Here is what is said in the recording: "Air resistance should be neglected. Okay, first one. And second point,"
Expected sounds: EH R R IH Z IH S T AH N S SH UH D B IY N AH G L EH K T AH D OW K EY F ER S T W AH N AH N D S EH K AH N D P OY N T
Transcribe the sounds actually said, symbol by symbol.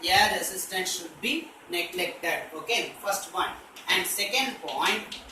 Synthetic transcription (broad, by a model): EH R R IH S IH S T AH N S SH UH D B IY N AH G L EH K T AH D OW K EY F ER S T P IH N AH N D S EH K AH N D P OY N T